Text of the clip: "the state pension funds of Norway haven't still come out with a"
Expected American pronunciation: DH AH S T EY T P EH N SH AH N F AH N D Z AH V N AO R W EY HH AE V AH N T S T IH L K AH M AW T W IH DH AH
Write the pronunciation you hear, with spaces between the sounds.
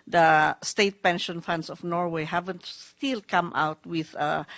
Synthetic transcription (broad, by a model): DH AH S T EY T P EH N SH AH N F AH N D S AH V N AO R W EY HH AE V AH N T S T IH L K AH M AW T W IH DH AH